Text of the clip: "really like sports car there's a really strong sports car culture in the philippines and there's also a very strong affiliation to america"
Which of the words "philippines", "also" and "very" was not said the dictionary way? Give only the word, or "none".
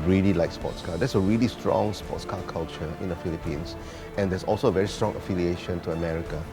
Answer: philippines